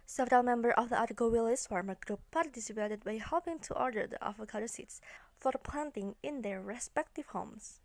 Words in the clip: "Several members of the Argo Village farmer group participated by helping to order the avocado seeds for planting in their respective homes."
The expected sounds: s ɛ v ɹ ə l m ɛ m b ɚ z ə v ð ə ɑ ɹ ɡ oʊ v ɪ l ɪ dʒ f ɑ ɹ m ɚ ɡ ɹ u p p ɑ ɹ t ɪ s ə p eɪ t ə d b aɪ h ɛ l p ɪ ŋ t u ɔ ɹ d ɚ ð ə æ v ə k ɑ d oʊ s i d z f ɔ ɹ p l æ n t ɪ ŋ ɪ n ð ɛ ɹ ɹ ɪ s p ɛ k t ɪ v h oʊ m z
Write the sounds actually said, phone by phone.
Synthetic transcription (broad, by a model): s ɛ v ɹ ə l m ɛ m b ɚ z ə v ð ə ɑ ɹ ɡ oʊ w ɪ l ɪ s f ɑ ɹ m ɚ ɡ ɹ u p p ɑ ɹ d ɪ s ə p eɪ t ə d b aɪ h ɛ l p ɪ ŋ t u ɔ ɹ d ɚ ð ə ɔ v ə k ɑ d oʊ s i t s f ɔ ɹ p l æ n t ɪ ŋ ɪ n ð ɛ ɹ ɹ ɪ s p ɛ k t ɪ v h oʊ m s